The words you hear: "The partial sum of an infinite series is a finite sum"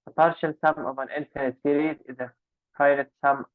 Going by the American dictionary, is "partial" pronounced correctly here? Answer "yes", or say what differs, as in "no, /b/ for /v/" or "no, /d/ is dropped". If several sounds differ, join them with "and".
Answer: yes